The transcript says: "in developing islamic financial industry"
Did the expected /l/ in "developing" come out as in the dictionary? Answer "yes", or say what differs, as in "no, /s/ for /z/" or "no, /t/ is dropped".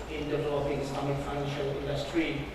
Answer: no, /l/ is dropped